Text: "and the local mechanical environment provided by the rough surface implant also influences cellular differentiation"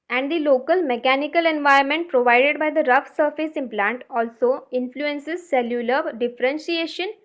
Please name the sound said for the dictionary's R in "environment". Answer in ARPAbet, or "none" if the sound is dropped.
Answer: none